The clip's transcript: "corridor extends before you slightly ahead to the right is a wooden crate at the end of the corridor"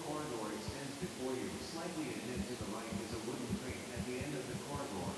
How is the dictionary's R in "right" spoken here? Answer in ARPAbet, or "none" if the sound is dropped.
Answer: L